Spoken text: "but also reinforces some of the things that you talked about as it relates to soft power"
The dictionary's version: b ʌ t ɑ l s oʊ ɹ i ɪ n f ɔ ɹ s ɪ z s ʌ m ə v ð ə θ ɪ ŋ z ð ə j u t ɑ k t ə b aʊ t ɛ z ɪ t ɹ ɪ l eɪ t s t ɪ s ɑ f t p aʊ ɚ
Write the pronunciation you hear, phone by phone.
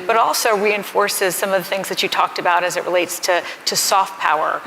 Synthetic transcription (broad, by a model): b ʌ t ɑ l s oʊ ɹ i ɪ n f ɔ ɹ s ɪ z s ʌ m ə v ð ə θ ɪ ŋ z ð ə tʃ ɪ t ɑ k t ə b aʊ t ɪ z ɪ t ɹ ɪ l eɪ t s t ɪ s ɑ f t p aʊ ɚ